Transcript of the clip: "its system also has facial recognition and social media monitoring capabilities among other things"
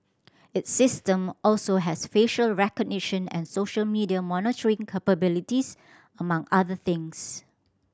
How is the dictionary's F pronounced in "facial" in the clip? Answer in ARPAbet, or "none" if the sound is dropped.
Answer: F